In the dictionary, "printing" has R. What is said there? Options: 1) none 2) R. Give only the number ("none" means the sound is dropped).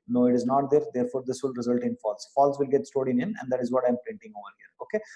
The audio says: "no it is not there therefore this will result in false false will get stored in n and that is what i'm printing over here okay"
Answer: 2